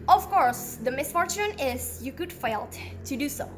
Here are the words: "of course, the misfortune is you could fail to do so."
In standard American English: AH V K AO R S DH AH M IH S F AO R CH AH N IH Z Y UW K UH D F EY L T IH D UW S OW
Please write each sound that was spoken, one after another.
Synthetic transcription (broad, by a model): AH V K AO R S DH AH M IH S F AO R CH AH N IH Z Y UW K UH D F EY L T IH D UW S OW